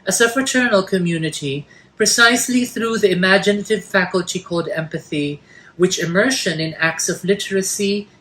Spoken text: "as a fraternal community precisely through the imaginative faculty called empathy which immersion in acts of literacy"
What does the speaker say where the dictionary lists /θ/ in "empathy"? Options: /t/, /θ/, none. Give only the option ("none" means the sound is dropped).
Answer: /θ/